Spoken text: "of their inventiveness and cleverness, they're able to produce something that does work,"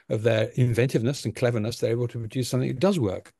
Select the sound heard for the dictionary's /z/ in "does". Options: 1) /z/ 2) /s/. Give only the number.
1